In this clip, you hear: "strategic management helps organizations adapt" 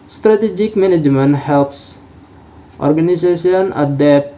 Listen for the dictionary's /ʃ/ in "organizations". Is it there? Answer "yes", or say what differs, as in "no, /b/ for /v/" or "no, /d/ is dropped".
no, /s/ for /ʃ/